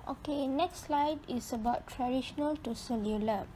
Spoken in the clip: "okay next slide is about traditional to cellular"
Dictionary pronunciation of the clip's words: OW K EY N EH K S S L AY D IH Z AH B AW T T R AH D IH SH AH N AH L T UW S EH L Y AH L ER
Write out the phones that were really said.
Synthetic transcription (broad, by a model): OW K EY N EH K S S L AY D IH S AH B AW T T R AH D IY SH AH N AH L T UW S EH L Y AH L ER